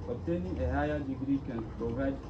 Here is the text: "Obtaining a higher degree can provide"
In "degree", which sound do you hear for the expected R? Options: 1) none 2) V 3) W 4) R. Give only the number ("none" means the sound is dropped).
4